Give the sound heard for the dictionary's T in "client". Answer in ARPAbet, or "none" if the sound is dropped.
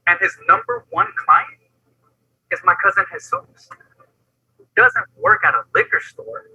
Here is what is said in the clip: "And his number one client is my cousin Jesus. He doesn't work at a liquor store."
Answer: T